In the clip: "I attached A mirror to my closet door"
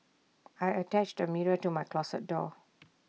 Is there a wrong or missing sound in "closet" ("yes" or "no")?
yes